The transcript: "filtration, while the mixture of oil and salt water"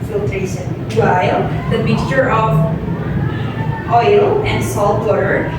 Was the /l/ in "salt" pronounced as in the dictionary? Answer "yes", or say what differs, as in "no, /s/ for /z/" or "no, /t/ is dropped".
yes